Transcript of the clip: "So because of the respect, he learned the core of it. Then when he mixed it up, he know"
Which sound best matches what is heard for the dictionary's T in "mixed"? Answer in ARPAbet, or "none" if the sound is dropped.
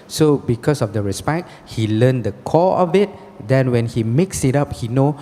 none